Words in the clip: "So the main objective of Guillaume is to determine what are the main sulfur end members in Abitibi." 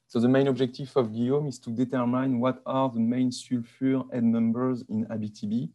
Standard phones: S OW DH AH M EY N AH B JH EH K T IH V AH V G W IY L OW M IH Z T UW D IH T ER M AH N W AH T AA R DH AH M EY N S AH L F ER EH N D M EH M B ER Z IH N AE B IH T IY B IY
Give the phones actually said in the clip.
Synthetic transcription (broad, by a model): S OW DH AH M EY N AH B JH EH K T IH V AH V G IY OW M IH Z T UW D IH T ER M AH N W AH T AA R DH AH M EY N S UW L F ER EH D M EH M B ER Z IH N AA B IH T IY B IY